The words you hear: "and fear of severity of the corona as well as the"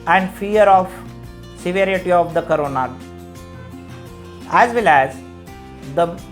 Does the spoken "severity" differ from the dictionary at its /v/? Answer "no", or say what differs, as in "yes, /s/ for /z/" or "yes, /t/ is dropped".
no